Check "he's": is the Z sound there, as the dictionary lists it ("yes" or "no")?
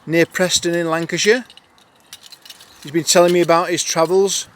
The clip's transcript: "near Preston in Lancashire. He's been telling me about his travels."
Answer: yes